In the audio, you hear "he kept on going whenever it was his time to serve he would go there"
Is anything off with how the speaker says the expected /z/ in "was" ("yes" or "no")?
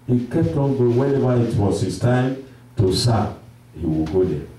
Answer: yes